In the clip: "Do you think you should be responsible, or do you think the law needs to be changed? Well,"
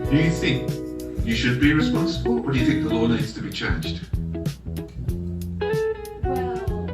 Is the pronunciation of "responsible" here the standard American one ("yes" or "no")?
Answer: yes